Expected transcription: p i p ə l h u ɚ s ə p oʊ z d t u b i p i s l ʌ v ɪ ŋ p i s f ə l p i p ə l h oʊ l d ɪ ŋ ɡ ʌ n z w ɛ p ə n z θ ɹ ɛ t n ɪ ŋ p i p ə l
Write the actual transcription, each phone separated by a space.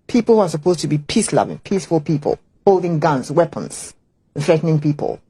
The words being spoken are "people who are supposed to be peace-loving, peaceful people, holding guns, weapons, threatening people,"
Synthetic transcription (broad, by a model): p i p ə l h u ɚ s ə p oʊ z t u b i p i s l ʌ v ɪ ŋ p i s f ə l p i p ə l h oʊ l d ɪ ŋ ɡ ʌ n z w ɛ p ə n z θ ɹ ɛ t n ɪ ŋ p i p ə l